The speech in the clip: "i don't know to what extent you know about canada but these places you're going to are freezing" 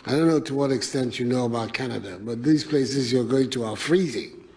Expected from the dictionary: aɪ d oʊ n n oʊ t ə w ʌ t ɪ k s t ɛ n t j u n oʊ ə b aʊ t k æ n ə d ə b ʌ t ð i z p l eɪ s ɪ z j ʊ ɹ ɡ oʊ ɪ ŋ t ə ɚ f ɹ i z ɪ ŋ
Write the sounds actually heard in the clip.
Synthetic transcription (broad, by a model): aɪ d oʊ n n oʊ t ə w ʌ t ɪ k s t ɛ n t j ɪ n oʊ ə b aʊ t k æ n ə d ə b ʌ t ð i z p l eɪ s ɪ z j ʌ ɹ ɡ oʊ ɪ ŋ t ə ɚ f ɹ i z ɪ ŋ